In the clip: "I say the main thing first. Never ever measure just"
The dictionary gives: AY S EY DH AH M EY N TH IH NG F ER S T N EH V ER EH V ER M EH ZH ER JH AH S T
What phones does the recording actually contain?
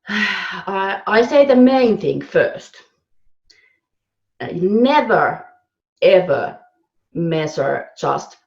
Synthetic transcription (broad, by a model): AY S EY DH AH M EY N TH IH NG F ER S T N EH V ER EH V ER M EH S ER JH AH S T